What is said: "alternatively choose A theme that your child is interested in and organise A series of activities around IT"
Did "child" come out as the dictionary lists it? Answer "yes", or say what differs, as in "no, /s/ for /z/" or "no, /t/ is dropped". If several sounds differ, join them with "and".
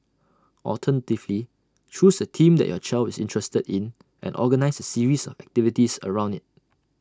no, /d/ is dropped